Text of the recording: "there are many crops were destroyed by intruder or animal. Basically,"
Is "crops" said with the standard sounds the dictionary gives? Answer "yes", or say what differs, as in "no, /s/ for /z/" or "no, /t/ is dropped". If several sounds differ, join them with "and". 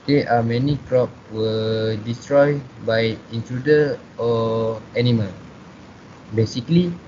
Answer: no, /s/ is dropped